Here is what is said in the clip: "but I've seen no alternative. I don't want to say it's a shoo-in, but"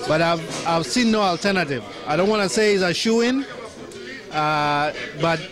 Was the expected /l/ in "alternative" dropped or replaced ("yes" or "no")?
no